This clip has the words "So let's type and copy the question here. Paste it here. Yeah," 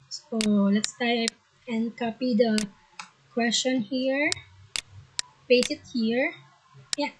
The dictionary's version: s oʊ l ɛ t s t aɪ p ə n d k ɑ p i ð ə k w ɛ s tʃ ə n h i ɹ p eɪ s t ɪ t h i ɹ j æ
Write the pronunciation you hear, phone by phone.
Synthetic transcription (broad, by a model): s oʊ l ɛ t s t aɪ p ə n d k ɑ p i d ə k w ɛ s tʃ ə n h i ɹ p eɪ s ɪ t h i ɹ j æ